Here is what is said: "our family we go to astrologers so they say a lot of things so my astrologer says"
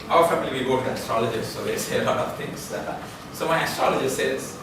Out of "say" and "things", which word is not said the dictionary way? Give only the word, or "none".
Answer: things